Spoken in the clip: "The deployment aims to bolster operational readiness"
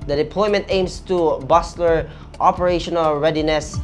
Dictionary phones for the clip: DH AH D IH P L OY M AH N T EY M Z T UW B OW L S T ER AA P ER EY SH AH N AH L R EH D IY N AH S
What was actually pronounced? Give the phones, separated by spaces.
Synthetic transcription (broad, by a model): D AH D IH P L OY M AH N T EY M S T UW B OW S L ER AA P ER EY SH AH N AH L R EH D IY N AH S